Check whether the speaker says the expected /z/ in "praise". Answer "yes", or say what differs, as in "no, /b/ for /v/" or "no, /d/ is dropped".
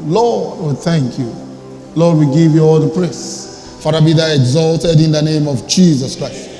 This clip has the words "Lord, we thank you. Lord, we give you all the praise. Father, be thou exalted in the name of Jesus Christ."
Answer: no, /s/ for /z/